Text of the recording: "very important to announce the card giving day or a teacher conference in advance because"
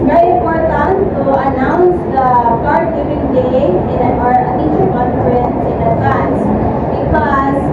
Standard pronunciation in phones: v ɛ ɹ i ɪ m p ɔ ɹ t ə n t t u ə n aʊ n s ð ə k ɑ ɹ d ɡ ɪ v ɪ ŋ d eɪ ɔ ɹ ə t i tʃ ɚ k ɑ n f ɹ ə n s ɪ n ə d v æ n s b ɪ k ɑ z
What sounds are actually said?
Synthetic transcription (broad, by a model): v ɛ ɹ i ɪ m p ɔ ɹ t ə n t t u ə n aʊ n s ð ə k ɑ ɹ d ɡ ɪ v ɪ ŋ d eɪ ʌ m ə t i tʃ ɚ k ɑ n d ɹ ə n ɪ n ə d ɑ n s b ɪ k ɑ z